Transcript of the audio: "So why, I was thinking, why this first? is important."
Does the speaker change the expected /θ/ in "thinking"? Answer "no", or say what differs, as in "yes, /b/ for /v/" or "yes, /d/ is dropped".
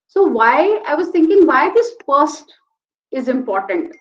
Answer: yes, /t/ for /θ/